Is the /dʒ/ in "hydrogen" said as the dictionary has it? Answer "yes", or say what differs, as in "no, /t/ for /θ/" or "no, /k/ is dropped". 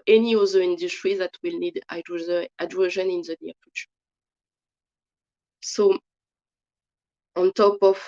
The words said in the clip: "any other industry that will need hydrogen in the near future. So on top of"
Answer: no, /ʒ/ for /dʒ/